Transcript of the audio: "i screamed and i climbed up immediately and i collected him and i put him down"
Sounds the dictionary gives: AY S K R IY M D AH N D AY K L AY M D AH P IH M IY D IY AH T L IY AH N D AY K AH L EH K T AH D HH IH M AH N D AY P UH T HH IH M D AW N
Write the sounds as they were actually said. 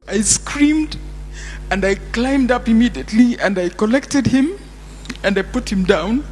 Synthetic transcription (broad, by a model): AY S K R IY M D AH N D AY K L AY M D AH P IH M IY D IY AH T L IY AH N D AY K AH L EH K T AH D HH IH M AH N D AY P UH T HH IH M D AW N